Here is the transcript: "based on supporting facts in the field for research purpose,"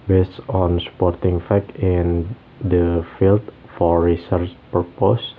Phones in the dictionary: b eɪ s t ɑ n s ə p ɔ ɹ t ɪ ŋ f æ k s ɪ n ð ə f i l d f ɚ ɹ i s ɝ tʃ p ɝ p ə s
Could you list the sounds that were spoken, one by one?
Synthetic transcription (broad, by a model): b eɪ s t ɑ n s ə p ɔ ɹ t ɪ ŋ f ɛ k ɪ n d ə f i l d f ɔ ɹ i s ɝ tʃ p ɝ p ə s